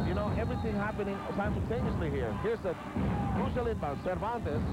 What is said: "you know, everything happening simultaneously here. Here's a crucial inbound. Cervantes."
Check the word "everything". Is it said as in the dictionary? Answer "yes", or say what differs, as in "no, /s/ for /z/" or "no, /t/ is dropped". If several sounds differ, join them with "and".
yes